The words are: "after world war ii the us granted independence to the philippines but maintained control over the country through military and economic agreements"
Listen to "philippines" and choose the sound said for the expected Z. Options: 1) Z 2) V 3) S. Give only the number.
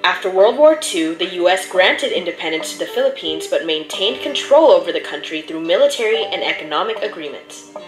1